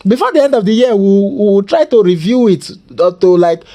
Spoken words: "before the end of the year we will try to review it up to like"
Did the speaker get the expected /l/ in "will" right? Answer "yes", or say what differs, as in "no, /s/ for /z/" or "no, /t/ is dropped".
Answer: no, /w/ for /l/